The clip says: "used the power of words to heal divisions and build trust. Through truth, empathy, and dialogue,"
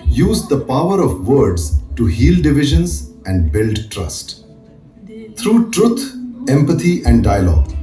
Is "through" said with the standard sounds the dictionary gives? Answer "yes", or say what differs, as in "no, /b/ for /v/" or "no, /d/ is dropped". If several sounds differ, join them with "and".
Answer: no, /t/ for /θ/